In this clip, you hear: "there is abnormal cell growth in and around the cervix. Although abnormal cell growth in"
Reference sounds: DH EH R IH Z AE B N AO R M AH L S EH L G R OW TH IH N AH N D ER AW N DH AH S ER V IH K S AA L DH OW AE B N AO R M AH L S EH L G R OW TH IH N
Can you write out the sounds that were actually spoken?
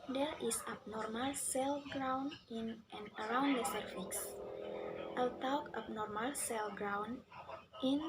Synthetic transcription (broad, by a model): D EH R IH S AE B N AO R M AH L S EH L G R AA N IH N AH N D ER AW N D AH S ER F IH K S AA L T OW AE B N AO R M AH L S EH L G R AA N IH N